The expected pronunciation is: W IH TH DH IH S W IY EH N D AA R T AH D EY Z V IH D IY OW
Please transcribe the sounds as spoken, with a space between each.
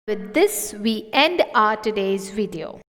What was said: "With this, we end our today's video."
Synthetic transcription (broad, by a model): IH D IH S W IY EH N D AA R T AH D EY Z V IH D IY OW